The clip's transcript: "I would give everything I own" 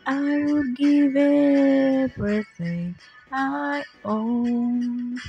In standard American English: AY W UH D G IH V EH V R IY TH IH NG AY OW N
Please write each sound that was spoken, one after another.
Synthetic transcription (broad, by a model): AY W UH D G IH V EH B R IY S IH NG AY OW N